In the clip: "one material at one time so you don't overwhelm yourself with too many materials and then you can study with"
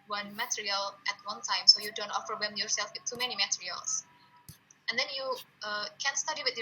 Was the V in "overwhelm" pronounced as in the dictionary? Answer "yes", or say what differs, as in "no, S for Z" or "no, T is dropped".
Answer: no, F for V